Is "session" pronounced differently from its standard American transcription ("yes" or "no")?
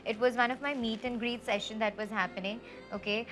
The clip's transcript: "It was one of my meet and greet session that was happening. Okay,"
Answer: no